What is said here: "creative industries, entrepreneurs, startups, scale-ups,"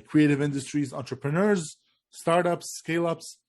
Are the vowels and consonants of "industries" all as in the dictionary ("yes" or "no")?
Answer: yes